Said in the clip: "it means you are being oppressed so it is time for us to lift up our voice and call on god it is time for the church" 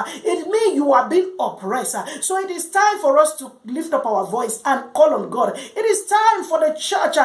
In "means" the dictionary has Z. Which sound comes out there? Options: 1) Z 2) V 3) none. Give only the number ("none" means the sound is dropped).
3